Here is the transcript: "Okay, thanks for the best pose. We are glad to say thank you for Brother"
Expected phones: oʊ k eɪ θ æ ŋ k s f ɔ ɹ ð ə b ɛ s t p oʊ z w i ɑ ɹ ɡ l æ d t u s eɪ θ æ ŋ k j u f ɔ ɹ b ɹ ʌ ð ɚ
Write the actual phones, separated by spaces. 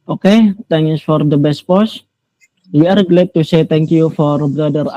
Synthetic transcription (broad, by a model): oʊ k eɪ t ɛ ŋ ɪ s f ɔ ɹ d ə b ɛ s t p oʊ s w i ɑ ɹ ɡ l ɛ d t u s eɪ t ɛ ŋ k j u f ɔ ɹ b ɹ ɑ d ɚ